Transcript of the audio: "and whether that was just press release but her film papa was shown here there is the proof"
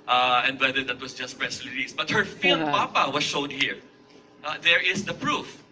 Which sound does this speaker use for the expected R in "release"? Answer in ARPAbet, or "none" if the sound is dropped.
L